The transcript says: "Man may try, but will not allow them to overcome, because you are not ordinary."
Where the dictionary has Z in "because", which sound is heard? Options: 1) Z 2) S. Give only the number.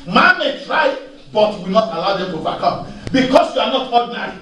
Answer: 2